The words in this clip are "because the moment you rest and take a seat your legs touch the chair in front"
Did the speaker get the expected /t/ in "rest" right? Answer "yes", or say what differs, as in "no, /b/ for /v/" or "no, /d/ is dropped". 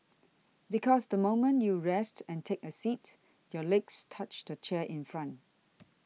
yes